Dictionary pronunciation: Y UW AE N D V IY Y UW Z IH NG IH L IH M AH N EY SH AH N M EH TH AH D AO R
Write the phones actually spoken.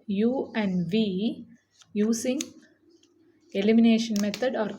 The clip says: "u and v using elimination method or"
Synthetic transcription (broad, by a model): Y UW AE N D V IY Y UW S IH NG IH L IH M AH N EY SH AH N M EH T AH D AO R